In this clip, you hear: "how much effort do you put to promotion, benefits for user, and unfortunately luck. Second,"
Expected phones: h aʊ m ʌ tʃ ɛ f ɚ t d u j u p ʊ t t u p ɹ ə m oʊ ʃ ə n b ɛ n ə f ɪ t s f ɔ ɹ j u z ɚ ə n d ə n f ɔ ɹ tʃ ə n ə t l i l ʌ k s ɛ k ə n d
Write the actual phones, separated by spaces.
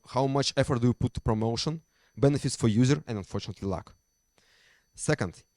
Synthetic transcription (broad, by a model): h aʊ m ʌ tʃ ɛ f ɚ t d u j u p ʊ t t u p ɹ ə m oʊ ʃ ə n b ɛ n ə f ɪ t s f ɔ ɹ j u z ɚ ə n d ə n f ɔ ɹ tʃ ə n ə t l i l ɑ k s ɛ k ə n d